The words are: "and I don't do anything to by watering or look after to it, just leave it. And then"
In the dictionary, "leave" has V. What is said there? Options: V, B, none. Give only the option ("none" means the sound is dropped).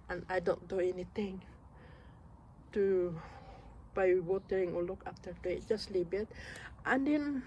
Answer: B